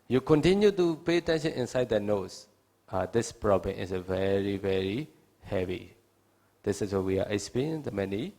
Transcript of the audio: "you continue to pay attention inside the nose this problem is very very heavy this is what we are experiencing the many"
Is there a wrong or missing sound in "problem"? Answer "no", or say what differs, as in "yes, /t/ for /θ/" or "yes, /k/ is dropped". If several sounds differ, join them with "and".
no